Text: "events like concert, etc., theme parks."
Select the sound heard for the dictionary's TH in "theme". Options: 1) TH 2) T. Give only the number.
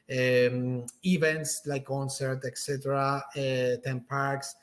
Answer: 2